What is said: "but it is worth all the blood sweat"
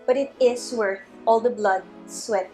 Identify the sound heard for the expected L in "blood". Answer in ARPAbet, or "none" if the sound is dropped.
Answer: L